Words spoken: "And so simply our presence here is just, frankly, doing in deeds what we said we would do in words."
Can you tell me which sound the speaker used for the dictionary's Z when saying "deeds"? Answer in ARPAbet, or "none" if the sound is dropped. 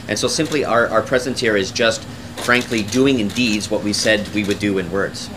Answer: Z